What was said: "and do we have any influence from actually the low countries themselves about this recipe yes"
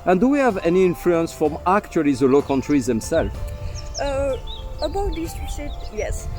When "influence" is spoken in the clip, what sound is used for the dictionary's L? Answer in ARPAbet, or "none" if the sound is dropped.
L